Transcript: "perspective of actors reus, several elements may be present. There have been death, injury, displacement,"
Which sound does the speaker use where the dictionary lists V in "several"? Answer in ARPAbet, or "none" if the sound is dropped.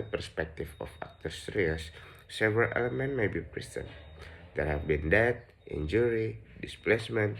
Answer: V